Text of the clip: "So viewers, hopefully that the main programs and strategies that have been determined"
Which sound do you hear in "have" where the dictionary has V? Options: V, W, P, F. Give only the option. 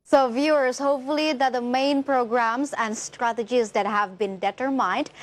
V